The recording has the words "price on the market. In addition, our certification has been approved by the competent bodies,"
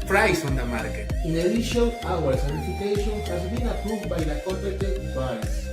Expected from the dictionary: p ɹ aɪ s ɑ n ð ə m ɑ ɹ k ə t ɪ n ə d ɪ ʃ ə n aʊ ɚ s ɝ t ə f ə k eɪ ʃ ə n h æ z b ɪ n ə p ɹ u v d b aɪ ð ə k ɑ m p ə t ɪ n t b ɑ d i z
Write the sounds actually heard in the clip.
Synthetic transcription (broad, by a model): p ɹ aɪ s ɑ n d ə m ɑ ɹ k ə ɪ n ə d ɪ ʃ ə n aʊ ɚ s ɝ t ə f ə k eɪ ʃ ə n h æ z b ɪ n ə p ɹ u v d b aɪ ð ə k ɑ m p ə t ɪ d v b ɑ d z